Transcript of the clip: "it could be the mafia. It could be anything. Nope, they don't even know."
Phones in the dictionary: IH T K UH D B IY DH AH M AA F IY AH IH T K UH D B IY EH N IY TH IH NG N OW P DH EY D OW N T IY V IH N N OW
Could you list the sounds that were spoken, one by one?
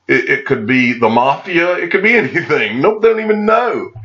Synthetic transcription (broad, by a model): IH T K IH D B IY DH AH M AA F IY AH IH T K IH D B IY EH N IY TH IH NG N OW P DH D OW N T IY V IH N N OW